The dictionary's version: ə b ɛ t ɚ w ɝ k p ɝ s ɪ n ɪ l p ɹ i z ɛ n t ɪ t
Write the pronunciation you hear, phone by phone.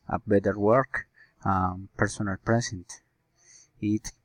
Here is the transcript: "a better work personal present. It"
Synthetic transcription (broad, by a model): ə b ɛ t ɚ w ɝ k p ɝ s ɪ n ɪ l p ɹ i s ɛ n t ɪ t